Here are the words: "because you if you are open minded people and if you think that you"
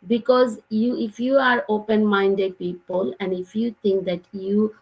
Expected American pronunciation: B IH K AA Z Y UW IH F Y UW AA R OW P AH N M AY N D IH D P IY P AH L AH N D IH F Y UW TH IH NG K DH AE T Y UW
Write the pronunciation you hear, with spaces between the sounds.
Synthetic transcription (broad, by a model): B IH K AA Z Y UW IH F Y UW AA R OW P AH N M AY N D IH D P IY P AH L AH N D IH F Y UW T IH NG K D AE T Y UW